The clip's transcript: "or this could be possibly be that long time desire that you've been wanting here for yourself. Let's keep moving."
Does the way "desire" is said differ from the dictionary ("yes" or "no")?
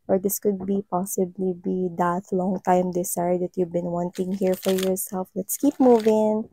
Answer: yes